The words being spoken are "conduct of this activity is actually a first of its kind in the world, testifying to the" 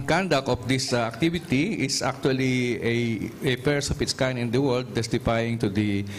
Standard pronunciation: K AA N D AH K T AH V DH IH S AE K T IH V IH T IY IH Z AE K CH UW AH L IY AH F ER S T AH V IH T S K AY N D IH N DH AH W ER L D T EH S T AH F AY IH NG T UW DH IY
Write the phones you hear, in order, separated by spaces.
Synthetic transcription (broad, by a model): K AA N D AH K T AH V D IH S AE K T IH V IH T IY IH S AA K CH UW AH L IY AH P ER S AH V IH T S K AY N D IH N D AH W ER L D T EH S T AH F AY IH NG T UW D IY